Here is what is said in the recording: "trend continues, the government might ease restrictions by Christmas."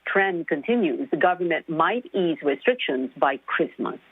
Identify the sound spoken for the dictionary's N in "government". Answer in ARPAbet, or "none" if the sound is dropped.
N